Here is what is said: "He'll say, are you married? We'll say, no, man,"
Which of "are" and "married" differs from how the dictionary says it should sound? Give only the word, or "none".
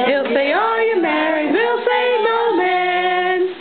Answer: are